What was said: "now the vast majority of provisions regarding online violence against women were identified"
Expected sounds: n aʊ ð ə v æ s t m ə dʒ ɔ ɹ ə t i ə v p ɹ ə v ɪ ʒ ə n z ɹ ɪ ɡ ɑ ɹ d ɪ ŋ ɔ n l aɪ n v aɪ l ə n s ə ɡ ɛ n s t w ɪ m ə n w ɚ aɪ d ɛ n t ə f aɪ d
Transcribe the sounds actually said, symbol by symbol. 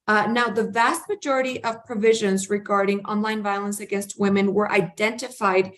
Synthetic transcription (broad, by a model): n aʊ ð ə v æ s t m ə dʒ ɔ ɹ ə t i ə v p ɹ ə v ɪ ʒ ə n z ɹ ɪ ɡ ɑ ɹ d ɪ ŋ ɔ n l aɪ n v aɪ l ə n s ə ɡ ɛ n s t w ɪ m ə n w ɚ aɪ d ɛ n t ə f aɪ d